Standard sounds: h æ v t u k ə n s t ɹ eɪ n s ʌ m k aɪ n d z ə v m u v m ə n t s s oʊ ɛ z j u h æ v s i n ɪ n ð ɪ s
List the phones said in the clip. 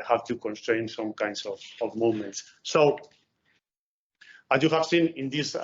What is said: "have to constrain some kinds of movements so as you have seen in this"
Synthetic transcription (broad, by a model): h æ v t u k ə n s t ɹ eɪ n s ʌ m k aɪ n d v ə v m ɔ m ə n t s s oʊ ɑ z j u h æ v s i n ɪ n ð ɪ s